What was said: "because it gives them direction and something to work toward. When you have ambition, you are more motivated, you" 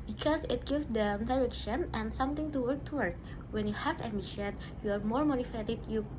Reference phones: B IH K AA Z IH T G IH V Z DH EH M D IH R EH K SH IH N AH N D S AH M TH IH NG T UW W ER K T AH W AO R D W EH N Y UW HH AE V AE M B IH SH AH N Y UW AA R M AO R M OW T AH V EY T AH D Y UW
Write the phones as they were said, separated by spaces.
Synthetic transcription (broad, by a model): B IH K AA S IH T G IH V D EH M D IH R EH K SH IH N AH N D S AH M T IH NG T UW W ER K T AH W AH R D W EH N Y UW HH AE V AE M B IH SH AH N Y UW AA R M AO R M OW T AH F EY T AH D Y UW